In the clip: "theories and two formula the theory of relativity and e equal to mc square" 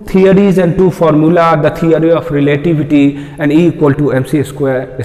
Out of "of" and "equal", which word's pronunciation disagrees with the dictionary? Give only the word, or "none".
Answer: of